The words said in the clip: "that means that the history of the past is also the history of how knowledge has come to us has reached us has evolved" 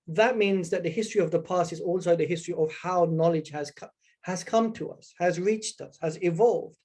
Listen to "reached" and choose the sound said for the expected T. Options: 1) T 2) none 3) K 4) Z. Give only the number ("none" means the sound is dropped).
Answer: 1